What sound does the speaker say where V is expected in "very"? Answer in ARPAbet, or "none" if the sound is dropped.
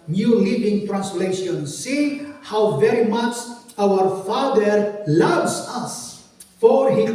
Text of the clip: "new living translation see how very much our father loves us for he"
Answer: V